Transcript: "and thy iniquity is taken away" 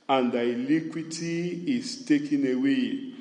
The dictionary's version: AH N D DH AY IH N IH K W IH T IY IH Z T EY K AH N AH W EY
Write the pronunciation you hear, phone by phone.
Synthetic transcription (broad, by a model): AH N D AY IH L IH K W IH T IY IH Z T EY K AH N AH W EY